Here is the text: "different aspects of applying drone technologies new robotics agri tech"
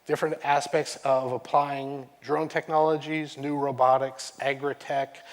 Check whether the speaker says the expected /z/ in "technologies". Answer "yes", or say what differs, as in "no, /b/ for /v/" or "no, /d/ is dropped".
yes